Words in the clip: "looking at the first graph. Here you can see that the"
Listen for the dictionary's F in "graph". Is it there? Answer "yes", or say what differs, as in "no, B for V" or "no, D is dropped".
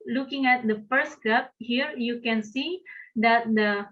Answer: no, P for F